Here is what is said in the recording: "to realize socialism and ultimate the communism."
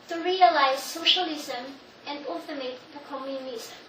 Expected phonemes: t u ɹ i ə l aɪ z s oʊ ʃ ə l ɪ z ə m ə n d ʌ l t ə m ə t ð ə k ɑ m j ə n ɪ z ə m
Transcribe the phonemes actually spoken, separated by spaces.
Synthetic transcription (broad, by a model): t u ɹ i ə l aɪ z s oʊ ʃ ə l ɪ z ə m ə n d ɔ t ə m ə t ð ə k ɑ m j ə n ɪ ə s